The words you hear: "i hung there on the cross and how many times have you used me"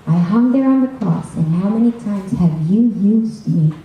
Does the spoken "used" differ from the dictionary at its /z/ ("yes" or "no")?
no